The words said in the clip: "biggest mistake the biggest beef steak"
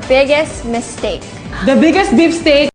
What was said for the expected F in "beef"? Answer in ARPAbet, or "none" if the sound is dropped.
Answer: P